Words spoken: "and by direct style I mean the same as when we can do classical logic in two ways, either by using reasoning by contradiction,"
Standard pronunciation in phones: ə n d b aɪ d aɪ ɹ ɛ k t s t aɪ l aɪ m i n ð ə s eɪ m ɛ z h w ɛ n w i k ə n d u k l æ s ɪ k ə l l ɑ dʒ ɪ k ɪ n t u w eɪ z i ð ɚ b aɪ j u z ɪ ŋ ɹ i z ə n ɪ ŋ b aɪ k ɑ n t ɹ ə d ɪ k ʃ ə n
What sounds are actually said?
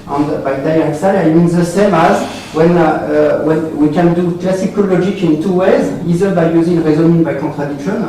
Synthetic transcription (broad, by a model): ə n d b aɪ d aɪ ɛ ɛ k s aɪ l aɪ m i n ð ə s eɪ m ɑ z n w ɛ n w i k ə n d u k l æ s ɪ k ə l l ɑ dʒ ɪ k ɪ n t u w eɪ z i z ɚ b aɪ j u z ɪ ŋ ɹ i z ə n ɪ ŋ b aɪ k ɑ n t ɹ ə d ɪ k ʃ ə n